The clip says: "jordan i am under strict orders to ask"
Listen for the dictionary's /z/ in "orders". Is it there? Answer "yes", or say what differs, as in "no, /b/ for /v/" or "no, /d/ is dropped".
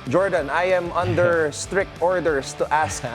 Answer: no, /s/ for /z/